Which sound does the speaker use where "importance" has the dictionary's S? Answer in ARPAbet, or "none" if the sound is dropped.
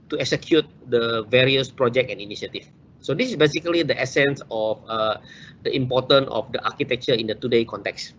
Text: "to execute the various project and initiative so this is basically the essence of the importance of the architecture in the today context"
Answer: none